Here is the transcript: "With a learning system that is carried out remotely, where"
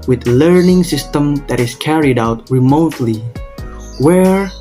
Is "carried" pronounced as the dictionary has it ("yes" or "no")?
yes